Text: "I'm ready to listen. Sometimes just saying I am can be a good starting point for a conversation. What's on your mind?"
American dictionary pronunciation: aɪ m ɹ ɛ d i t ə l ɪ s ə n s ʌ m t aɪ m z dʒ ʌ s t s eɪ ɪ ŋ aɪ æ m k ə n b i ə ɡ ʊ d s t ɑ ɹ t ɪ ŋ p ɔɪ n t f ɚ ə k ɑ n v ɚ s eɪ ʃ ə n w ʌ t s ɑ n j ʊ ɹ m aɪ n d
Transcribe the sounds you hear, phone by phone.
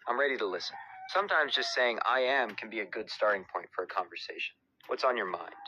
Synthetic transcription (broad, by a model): aɪ m ɹ ɛ d i t ə l ɪ s ə n s ʌ m t aɪ m z dʒ ʌ s t s eɪ ɪ ŋ aɪ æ m k ə n b i ə ɡ ʊ d s t ɑ ɹ t ɪ ŋ p ɔɪ n t f ɚ ə k ɑ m v ɚ s eɪ ʃ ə n w ʌ t s n j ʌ ɹ m aɪ n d